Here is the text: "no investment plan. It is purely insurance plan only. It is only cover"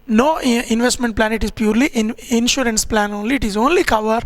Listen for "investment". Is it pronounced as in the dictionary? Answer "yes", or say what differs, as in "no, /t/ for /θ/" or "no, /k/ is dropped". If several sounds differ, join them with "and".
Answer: yes